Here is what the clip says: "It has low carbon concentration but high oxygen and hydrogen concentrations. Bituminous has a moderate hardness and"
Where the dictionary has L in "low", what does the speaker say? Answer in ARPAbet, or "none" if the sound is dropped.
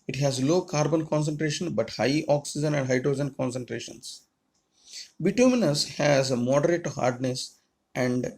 L